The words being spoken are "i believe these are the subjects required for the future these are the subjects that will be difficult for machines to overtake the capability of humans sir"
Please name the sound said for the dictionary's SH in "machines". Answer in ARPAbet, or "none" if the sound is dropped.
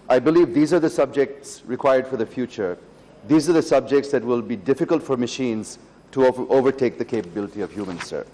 SH